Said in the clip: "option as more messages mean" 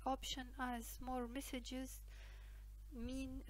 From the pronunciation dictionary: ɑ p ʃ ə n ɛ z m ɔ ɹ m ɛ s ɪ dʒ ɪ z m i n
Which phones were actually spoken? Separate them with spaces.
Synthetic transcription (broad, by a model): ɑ p ʃ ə n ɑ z m ɔ ɹ m ɛ s ɪ dʒ ɪ z m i n